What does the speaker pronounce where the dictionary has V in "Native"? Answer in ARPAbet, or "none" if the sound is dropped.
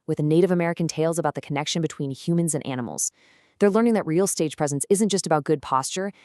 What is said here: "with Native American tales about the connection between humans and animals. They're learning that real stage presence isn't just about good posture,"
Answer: V